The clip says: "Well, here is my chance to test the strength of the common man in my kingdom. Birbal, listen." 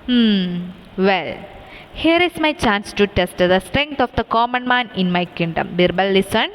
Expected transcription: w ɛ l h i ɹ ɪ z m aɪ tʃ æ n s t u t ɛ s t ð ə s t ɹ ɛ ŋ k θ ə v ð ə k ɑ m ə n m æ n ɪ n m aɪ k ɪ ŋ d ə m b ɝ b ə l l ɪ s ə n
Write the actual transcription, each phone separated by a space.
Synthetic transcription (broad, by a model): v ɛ l h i ɹ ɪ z m aɪ tʃ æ n s t u t ɛ s t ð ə s t ɹ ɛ ŋ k t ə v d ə k ɑ m ə n m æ n ɪ n m aɪ k ɪ ŋ d ə m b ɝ b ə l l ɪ s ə n